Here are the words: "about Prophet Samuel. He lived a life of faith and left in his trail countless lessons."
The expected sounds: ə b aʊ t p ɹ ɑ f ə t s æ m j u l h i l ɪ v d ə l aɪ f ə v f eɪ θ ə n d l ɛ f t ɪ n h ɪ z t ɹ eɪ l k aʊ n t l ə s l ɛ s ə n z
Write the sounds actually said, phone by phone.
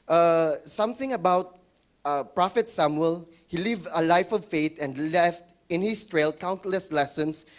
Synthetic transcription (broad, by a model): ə b aʊ t p ɹ ɑ f ə t s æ m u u l h i l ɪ v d ə l aɪ f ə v f eɪ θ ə n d l ɛ f t ɪ n h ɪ s t ɹ eɪ l k aʊ n t l ə s l ɛ s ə n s